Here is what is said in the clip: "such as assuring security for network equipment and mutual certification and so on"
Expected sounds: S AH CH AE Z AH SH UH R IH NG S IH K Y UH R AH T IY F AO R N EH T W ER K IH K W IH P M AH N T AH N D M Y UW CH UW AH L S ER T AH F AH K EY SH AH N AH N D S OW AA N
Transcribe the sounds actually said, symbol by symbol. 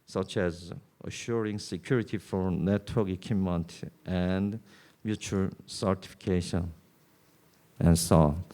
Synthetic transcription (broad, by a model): S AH CH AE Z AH SH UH R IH NG S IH K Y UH R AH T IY F AO R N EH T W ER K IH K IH M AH N T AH N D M Y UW CH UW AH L S ER T AH F AH K EY SH AH N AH N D S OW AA